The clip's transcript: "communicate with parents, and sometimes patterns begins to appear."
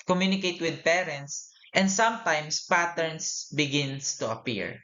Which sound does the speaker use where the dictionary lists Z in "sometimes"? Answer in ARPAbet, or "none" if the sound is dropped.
S